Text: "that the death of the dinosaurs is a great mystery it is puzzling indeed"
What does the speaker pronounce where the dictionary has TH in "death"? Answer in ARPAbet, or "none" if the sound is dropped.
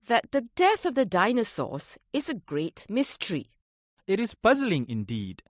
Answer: TH